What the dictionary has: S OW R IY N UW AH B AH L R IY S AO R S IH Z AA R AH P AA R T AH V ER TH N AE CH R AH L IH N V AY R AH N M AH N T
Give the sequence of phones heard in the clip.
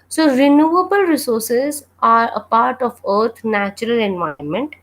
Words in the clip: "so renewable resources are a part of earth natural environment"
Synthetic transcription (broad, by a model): S OW R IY N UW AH B AH L R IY S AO R S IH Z AA R AH P AA R T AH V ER T N AE CH R AH L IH N V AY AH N M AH N T